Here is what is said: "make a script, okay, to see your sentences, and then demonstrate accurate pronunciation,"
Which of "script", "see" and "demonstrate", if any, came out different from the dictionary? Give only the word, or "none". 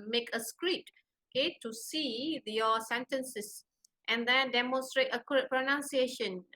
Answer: script